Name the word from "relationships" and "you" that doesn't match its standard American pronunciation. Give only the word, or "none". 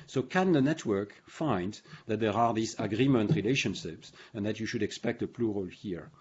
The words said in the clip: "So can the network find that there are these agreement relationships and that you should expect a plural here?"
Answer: none